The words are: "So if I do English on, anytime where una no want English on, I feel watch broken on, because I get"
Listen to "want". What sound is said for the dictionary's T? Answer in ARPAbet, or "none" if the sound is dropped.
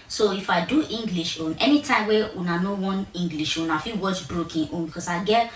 none